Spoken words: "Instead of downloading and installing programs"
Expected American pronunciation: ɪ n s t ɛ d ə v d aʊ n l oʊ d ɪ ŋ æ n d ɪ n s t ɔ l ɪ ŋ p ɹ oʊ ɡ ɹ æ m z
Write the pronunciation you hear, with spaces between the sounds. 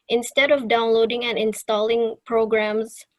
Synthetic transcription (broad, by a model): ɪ n s t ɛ d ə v d aʊ n l oʊ d ɪ ŋ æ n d ɪ n s t ɔ l ɪ ŋ p ɹ oʊ ɡ ɹ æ m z